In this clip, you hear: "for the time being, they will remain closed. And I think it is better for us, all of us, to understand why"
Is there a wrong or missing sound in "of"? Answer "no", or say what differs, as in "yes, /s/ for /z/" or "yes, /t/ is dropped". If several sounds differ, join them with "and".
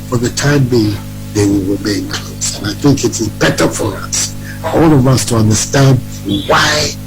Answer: no